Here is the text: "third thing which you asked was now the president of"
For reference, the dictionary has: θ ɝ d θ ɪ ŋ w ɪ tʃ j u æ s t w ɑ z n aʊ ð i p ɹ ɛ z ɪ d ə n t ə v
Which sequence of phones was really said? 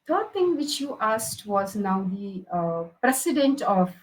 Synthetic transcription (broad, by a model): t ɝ d t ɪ ŋ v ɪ tʃ j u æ s t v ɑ z n aʊ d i p ɹ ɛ s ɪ d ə n t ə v